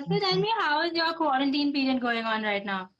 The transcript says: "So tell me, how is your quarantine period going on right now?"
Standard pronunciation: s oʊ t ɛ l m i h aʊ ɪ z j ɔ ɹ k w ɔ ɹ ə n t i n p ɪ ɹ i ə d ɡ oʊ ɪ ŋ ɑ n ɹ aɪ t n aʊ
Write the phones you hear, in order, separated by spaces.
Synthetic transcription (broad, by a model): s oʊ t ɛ n m i h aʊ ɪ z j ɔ k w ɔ ɹ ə n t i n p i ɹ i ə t ɡ oʊ ɪ ŋ ɑ n ɹ aɪ t n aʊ